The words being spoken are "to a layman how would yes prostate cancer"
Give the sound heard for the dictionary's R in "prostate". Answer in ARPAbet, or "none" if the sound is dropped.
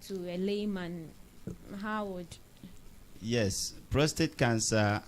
R